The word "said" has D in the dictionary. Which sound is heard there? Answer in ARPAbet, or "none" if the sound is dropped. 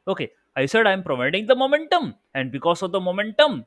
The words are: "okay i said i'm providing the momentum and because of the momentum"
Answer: D